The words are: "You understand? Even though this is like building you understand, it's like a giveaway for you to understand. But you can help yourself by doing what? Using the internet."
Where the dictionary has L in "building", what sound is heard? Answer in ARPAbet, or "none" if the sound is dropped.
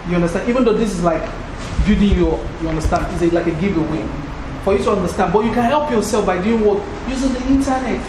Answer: none